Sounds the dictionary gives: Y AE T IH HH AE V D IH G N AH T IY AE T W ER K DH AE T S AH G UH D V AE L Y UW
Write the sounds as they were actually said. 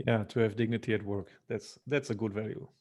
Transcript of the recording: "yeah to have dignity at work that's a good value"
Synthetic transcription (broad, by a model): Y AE T IH HH AE V D IH G N AH T IY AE T W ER K DH AE T S AH G UH D V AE L Y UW